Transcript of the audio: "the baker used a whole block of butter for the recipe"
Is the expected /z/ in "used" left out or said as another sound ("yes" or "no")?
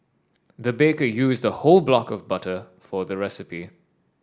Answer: no